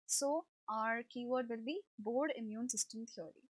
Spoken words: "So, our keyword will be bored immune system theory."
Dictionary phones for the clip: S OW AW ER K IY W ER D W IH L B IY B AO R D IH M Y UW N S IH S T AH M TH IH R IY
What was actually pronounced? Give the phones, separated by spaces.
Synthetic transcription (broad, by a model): S OW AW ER K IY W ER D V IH L B IY B AO R D IH M Y UW N S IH S T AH M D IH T IY